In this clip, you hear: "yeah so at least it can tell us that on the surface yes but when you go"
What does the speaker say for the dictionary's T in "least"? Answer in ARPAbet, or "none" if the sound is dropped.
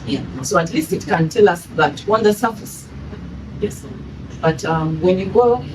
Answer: T